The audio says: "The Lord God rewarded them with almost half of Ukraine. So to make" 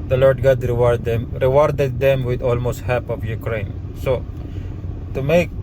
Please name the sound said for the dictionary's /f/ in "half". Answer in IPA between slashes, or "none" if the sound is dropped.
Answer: /p/